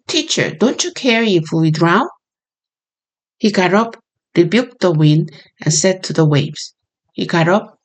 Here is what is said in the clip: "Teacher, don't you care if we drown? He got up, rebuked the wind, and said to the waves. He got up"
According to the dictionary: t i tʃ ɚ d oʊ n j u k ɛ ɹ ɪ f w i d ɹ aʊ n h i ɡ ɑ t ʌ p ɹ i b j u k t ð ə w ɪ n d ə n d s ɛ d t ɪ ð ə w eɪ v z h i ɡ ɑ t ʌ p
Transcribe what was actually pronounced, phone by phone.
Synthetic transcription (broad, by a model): t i tʃ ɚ d oʊ n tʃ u k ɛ ɹ ɪ f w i d ɹ aʊ n h i ɡ ɑ t ʌ p ɹ i b j u k t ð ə w ɪ n d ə n s ɛ d t ɪ ð ə w eɪ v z h i ɡ ɑ t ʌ p